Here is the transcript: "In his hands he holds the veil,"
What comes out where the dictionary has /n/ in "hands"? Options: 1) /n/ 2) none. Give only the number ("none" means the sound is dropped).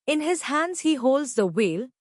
1